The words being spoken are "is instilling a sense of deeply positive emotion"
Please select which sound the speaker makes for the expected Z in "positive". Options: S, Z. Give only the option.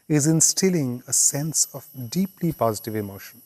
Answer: Z